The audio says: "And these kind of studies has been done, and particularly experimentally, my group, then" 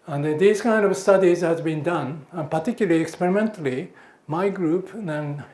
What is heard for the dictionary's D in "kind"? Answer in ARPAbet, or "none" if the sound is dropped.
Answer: D